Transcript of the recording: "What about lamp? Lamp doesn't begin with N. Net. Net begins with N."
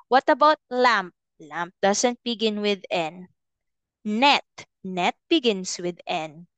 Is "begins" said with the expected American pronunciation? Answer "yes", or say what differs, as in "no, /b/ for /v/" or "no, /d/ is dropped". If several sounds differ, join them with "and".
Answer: no, /s/ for /z/